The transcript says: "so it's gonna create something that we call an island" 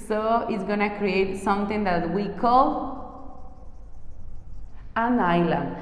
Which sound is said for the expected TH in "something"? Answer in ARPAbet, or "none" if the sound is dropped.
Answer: T